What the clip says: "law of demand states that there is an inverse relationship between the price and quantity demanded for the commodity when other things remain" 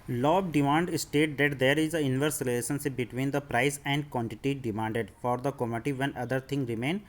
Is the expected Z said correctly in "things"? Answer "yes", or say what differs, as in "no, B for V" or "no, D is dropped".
no, Z is dropped